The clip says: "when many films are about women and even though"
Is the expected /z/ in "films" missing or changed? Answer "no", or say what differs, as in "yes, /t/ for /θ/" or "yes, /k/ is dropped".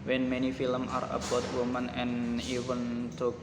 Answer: yes, /z/ is dropped